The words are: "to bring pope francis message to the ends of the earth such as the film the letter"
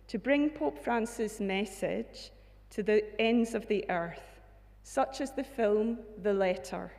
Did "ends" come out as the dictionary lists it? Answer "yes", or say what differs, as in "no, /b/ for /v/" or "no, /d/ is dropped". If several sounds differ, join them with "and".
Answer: yes